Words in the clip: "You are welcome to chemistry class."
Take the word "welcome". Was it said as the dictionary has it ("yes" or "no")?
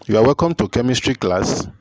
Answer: yes